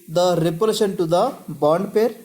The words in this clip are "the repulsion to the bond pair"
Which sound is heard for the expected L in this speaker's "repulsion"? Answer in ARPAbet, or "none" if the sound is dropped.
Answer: none